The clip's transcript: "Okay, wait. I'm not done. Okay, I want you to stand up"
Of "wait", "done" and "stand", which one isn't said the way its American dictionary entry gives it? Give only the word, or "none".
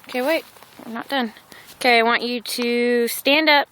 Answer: wait